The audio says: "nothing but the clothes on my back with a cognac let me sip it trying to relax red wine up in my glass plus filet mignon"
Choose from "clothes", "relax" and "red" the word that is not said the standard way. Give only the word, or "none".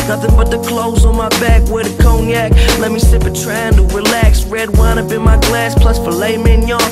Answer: none